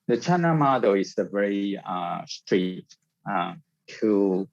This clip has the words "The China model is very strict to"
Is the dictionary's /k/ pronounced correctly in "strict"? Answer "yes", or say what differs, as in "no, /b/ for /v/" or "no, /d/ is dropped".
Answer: no, /k/ is dropped